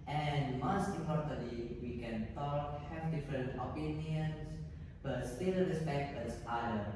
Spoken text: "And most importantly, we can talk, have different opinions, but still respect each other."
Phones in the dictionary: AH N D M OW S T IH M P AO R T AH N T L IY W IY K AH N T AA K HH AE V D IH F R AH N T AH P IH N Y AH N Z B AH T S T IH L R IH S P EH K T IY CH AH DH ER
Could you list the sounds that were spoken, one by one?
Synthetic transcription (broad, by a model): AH N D M OW S T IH M P AO R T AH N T L IY W IY K AH N T AA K HH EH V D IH F R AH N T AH P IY N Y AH N S B AH T S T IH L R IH S P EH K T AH S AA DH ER